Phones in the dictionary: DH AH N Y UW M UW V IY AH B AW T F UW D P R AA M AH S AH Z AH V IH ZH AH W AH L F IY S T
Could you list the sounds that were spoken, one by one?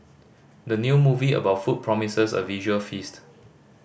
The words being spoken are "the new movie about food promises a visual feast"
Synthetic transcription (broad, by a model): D AH N Y UW M UW V IY AH B AW T F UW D P R AA M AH S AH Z AH V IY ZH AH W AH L F IY S T